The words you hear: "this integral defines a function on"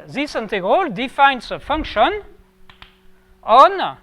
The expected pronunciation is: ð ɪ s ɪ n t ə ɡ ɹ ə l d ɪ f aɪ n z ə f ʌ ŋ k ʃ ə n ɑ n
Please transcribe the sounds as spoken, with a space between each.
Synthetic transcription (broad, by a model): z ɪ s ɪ n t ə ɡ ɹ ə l d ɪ f aɪ n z ə f ʌ ŋ k ʃ ə n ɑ n